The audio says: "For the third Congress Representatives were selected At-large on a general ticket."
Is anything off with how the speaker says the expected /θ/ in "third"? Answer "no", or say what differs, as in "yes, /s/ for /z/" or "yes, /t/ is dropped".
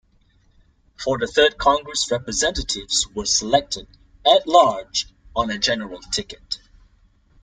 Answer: no